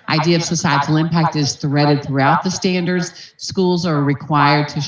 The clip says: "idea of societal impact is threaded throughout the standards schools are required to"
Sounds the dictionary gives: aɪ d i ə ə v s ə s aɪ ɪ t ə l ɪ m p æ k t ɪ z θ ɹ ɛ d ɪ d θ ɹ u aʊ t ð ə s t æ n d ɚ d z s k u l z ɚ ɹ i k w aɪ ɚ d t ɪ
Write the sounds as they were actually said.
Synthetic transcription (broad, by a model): aɪ d i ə ə v s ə s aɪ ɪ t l ɪ m p æ k t ɪ z θ ɹ ɛ d ɪ d θ ɹ u aʊ t ð ə s t æ n d ɚ d z s k u l z ɚ ɹ i k w aɪ ɚ d t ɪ